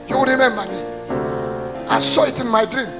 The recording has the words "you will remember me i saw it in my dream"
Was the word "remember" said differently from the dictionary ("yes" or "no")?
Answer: yes